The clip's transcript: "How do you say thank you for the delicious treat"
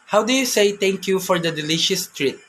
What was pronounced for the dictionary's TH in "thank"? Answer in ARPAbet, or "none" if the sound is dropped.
T